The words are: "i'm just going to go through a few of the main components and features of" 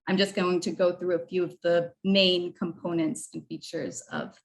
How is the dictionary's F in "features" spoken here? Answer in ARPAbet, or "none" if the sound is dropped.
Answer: F